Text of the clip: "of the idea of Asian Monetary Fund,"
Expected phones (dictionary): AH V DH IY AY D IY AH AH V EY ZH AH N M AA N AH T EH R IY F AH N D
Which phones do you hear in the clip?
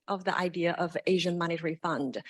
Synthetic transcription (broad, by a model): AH V DH IY AY D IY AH AH V EY ZH AH N M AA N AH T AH R IY F AH N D